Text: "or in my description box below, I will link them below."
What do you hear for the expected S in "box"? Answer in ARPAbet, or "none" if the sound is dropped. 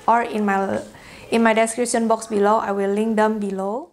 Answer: S